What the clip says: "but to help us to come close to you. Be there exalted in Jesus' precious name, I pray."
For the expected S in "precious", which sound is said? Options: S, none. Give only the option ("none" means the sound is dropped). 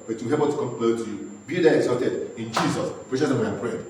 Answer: none